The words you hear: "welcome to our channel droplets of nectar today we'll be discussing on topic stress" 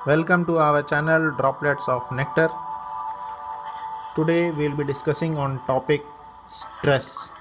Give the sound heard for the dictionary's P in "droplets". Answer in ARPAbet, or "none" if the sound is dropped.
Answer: P